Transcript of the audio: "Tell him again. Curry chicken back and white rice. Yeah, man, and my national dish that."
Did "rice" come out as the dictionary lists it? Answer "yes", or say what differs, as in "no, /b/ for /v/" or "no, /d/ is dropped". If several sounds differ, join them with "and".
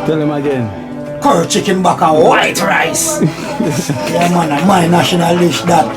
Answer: yes